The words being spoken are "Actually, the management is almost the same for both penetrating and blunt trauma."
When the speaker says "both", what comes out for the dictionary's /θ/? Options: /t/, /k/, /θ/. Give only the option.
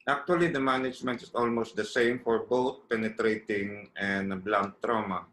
/t/